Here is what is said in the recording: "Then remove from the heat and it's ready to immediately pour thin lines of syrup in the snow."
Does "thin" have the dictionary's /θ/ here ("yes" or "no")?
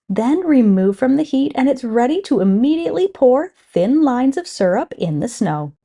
yes